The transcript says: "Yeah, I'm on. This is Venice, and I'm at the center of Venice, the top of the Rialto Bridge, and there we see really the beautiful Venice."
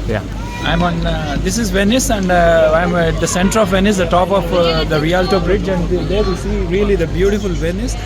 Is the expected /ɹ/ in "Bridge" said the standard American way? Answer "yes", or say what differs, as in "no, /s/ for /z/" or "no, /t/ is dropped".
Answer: yes